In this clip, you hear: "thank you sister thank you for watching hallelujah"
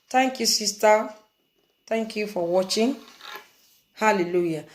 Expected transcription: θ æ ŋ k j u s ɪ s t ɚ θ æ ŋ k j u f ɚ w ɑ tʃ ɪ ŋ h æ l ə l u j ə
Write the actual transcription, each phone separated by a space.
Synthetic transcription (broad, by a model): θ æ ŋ k j u s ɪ s t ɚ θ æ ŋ k j u f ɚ w ɑ tʃ ɪ ŋ h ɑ l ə l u j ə